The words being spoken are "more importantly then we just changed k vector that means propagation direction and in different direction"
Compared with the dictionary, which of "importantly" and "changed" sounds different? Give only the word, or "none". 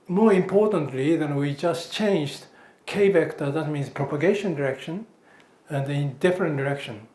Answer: none